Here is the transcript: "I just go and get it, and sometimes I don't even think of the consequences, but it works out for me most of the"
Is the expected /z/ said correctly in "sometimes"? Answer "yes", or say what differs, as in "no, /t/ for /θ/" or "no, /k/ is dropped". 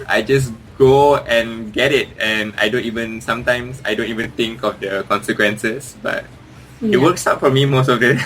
no, /s/ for /z/